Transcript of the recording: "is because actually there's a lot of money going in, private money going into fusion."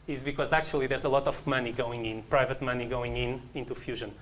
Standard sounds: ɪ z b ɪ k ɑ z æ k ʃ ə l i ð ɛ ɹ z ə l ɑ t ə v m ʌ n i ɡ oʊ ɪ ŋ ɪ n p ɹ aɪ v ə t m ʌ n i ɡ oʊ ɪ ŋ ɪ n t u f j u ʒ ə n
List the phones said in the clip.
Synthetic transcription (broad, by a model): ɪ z b ɪ k ɑ z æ k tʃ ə l i ð ɛ ɹ z ə l ɑ t ə v m ʌ n i ɡ oʊ ɪ ŋ ɪ n p ɹ aɪ v ə t m ʌ n i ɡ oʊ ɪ ŋ ɪ n t u f j u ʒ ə n